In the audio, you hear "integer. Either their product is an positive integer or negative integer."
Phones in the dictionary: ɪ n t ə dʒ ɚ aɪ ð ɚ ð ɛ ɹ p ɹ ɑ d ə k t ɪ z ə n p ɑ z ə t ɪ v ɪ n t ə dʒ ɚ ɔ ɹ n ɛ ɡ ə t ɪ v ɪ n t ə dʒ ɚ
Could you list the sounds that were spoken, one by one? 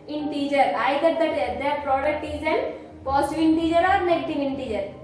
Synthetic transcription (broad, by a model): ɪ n t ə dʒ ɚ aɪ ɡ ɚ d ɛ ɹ p ɹ ɑ d ə k t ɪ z ə n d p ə s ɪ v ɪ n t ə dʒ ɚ ɔ ɹ n ɛ ɡ ə t ɪ v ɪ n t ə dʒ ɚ